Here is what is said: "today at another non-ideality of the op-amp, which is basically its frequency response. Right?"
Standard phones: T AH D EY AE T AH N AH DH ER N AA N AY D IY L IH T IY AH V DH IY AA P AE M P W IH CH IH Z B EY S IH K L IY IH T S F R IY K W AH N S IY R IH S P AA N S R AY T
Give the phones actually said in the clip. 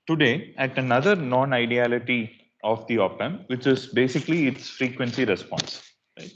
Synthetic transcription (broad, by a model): T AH D EY AE T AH N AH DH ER N AA N AY D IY L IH T IY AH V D IY AA P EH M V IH CH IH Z B EY S IH K L IY IH T S F R IY K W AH N S IY R IH S P AA N S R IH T